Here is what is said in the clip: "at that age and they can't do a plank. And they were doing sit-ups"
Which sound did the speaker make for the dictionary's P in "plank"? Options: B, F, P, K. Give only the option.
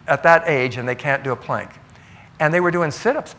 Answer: P